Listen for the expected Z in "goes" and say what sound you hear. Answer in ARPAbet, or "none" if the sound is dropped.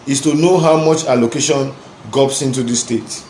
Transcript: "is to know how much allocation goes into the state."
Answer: S